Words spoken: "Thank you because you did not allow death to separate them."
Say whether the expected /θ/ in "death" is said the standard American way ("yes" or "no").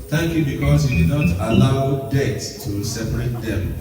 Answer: no